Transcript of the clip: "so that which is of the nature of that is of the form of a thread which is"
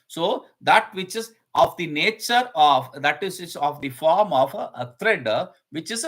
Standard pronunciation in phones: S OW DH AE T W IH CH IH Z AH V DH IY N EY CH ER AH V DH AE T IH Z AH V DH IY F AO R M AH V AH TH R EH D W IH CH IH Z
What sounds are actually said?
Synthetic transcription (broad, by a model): S OW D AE T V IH CH IH Z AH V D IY N EY CH ER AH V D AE T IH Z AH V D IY F AO R M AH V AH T R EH D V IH CH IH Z